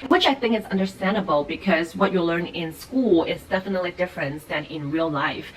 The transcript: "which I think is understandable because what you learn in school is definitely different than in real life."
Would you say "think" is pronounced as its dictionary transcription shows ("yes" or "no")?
yes